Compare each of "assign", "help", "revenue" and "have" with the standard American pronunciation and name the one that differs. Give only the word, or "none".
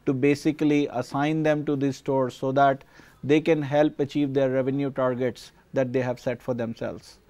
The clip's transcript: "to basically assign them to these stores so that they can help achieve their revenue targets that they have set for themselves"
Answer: none